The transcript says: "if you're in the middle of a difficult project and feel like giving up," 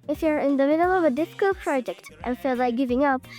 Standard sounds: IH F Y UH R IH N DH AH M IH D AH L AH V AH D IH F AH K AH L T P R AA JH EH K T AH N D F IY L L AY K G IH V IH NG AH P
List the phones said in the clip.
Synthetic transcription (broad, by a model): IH F Y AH R IH N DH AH M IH D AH L AH V AH D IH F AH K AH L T P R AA JH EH K T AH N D F IY L L AY K G IH V IH NG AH P